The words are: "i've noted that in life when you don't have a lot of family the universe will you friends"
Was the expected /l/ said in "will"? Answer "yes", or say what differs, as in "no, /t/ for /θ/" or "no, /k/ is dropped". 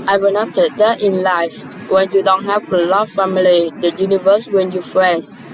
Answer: no, /n/ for /l/